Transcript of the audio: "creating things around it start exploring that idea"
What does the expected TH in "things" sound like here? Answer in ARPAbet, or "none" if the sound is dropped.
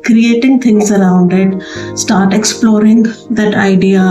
T